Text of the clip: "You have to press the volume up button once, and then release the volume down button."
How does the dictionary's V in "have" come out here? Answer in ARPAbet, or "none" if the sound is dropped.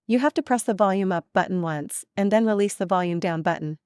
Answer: F